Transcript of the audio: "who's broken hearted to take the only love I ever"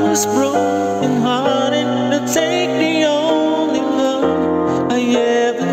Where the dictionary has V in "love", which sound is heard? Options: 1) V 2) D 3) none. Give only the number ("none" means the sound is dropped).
3